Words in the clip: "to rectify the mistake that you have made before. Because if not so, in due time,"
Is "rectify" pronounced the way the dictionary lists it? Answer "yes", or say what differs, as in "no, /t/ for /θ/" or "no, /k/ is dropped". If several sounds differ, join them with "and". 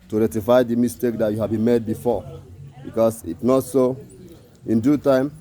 no, /k/ is dropped